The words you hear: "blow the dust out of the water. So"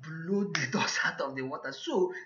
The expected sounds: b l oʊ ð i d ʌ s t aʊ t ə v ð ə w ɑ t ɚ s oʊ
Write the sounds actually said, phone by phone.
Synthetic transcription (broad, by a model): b l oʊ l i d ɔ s aʊ t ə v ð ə w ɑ t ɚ s oʊ